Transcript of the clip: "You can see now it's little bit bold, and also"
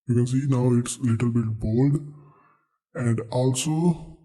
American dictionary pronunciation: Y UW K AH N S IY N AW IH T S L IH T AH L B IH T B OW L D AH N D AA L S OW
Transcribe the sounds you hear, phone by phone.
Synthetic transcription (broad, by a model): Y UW K AH N S IY N AW IH T S L IH T AH L B IH T B OW L D AH N D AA L S OW